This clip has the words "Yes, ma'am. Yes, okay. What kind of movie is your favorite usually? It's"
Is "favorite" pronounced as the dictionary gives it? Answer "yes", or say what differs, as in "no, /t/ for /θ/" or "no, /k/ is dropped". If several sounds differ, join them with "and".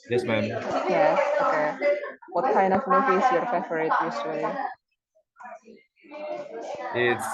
no, /f/ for /v/